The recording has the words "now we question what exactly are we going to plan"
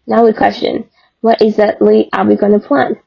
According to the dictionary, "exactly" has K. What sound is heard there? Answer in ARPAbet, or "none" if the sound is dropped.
none